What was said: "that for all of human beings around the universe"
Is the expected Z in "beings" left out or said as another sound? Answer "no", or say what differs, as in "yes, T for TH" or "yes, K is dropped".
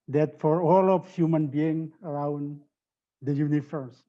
yes, Z is dropped